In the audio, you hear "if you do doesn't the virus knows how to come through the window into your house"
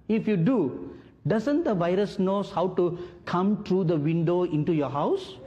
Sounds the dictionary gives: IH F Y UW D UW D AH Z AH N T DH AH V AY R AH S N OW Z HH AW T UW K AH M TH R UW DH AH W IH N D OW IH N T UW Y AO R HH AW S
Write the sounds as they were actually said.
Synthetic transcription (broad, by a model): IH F Y UW D UW D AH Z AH N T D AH V AY R AH S N OW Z HH AW T UW K AH M T R UW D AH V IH N D OW IH N T UW Y AO R HH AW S